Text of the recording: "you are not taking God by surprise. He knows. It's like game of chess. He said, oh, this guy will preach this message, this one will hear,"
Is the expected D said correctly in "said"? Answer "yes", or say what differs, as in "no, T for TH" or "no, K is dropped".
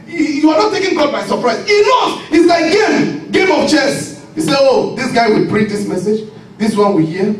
no, D is dropped